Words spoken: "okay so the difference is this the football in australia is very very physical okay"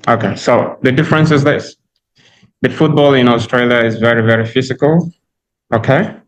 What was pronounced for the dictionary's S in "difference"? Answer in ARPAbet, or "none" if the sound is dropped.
S